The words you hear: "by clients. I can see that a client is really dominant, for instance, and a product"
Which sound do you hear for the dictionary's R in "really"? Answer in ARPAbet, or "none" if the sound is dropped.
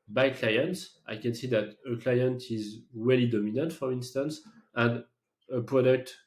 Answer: W